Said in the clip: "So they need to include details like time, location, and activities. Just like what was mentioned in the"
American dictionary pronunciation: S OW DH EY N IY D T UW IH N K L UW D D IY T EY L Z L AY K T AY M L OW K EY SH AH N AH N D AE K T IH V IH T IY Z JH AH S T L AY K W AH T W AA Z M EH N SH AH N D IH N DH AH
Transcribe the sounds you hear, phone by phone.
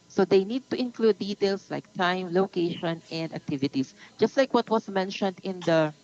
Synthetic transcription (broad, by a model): S OW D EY N IY D T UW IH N K L UW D D IY T EY L S L AY K T AY M L OW K EY SH AH N AH N D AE K T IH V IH T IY S JH AH S T L AY K W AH T W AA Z M EH N SH AH N D IH N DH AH